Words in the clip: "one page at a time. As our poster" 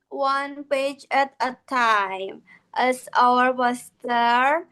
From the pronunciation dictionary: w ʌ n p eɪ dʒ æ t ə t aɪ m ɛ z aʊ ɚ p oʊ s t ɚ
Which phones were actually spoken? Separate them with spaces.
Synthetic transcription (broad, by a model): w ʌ n p eɪ dʒ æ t ə t aɪ m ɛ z aʊ ɚ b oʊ s t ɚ